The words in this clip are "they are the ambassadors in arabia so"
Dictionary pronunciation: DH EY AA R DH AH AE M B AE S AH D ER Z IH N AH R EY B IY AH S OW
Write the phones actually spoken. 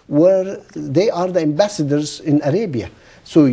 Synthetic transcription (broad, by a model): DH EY AA R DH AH AE M B AE S AH D ER Z IH N AH R EY B IY AH S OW